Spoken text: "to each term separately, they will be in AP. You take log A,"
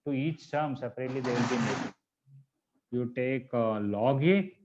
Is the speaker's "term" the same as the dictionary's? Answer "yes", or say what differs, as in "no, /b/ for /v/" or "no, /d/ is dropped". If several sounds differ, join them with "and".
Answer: no, /s/ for /t/